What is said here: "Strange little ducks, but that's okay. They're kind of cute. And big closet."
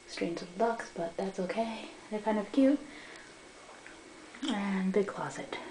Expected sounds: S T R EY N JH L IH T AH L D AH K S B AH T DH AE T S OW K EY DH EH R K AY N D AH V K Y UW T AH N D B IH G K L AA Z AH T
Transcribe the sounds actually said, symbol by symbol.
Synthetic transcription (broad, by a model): S T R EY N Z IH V L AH K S B AH T DH AE T S OW K EY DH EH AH K AY N D AH V K Y UW T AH N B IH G K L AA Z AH T